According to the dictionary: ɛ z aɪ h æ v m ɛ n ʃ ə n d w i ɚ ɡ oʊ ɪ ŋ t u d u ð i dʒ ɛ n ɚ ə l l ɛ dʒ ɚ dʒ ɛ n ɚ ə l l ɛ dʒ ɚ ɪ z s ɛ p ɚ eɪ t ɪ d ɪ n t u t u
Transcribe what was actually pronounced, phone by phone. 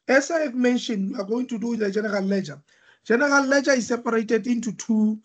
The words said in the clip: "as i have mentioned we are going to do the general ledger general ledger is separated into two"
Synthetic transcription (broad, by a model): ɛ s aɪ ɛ f m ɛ n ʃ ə n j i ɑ ɡ oʊ ɪ ŋ t u d u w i dʒ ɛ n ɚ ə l l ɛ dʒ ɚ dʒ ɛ n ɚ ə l l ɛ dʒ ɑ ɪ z s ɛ p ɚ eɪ t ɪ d ɪ n t u t u